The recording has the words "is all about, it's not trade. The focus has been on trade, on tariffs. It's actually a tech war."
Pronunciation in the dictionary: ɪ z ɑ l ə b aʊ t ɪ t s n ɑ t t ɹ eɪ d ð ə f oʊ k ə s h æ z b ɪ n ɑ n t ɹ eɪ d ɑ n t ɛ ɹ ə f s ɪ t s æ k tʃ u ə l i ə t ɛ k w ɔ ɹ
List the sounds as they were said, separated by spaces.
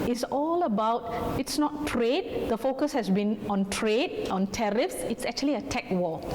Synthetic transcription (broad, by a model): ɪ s ɑ l ə b aʊ t ɪ t s n ɑ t t ɹ eɪ d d ə f oʊ k ə s h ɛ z b ɪ n ɑ n t ɹ eɪ d ɑ n t ɛ ɹ ə f s ɪ t s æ k tʃ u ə l i ə t ɛ k w ɔ